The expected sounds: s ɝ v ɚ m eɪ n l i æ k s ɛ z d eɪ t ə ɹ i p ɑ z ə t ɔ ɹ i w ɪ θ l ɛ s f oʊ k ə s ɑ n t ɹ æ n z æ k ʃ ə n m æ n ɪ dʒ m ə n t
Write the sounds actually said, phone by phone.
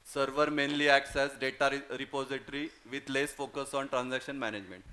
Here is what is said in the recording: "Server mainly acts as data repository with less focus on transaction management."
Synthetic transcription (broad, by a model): s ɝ v ɚ m eɪ n l i æ k s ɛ s d eɪ t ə ɹ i p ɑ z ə t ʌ ɹ i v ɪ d l ɛ s f oʊ k ə s ɑ n t ɹ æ n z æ k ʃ ə n m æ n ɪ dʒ m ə n t